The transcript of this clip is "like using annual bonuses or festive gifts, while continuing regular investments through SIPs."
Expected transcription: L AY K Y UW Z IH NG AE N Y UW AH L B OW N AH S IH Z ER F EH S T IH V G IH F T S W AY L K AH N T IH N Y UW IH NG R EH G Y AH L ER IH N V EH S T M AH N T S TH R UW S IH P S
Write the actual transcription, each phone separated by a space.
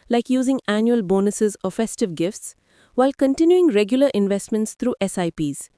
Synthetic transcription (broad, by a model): L AY K Y UW Z IH NG AE N Y UW AH L B OW N AH S IH Z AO F EH S T IH V G IH F T S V AY L K AH N T IH N Y UW IH NG R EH G Y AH L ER IH N V EH S T M AH N T S T R UW S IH P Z